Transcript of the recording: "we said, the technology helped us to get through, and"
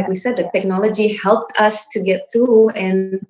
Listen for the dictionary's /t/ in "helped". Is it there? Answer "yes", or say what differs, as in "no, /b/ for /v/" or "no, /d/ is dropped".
yes